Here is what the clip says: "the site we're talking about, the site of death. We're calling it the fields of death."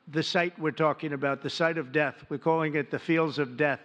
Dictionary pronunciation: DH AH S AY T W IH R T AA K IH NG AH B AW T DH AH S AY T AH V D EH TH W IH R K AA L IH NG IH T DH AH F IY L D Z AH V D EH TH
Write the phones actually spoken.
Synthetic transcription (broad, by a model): DH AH S AY T W IH R T AA K IH NG AH B AW T DH AH S AY T AH V D EH TH W IH R K AA L IH NG IH T DH AH F IY L D Z AH V D EH TH